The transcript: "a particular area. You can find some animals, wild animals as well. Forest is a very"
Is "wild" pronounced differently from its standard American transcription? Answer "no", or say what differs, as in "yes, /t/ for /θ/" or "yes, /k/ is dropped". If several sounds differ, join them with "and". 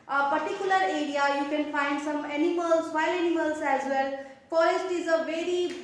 yes, /d/ is dropped